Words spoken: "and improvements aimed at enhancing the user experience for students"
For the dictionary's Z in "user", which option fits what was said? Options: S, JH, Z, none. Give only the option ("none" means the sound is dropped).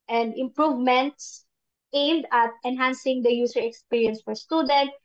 S